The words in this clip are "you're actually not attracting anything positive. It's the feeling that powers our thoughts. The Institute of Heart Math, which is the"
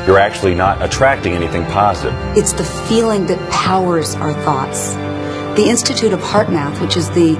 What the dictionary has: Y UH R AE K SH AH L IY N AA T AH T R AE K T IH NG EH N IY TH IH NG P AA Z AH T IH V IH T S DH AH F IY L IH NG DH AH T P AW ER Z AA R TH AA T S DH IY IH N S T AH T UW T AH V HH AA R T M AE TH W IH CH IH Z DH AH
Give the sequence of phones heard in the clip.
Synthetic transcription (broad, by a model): Y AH R AE K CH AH L IY N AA T AH T R AE K T IH NG EH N IY TH IH NG P AA Z AH T IH V IH T S DH AH F IY L IH NG DH AH T P AW ER Z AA R TH AA T S DH IY IH N S T AH T UW T AH V HH AA R T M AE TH W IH CH IH Z DH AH